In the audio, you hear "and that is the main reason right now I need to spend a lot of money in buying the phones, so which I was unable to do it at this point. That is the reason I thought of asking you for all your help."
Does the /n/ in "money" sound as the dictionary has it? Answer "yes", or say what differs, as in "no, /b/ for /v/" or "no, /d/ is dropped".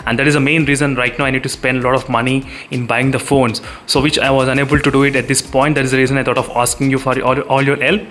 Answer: yes